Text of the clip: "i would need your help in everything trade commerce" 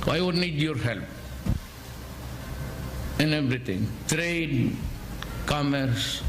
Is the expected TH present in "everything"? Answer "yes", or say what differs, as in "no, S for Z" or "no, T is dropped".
no, T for TH